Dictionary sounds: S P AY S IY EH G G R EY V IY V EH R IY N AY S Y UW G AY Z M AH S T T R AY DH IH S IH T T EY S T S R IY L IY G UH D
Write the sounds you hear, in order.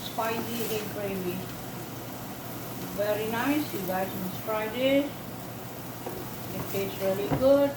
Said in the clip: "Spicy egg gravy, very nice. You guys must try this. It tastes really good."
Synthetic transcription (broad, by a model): S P AY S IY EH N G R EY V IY V EH R IY N AY S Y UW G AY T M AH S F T R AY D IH IH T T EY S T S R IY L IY G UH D